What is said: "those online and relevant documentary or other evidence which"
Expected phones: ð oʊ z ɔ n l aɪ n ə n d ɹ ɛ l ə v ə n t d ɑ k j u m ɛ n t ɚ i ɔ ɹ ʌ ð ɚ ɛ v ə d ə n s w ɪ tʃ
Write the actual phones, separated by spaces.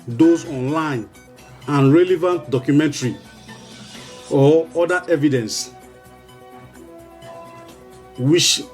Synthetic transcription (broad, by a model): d oʊ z ɔ n l aɪ n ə n ɹ ɛ l ə v ə n t d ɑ k j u m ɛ n t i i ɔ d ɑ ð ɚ ɛ v ə d ə n s w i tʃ